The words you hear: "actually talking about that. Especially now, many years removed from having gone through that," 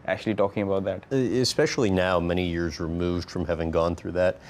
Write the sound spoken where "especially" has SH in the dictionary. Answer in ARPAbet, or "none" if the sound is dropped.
SH